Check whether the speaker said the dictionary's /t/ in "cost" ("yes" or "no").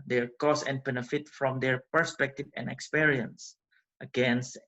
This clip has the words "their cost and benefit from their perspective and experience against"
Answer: no